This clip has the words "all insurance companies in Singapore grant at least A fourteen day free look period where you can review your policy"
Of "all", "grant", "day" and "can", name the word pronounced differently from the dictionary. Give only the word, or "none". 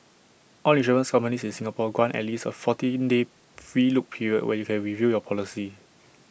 grant